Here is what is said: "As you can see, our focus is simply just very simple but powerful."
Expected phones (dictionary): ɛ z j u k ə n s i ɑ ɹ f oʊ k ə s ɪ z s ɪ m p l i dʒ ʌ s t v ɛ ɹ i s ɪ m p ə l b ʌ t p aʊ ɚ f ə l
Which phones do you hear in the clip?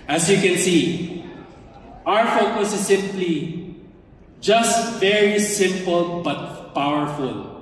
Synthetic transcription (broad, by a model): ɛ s j u k ə n s i ɑ ɹ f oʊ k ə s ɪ s ɪ m p l i dʒ ʌ s t v ɛ ɹ i s ɪ m p ə l b ʌ t p aʊ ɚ f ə l